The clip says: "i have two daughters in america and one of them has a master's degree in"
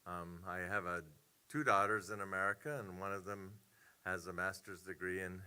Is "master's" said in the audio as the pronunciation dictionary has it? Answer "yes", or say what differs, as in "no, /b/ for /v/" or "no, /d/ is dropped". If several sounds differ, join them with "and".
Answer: yes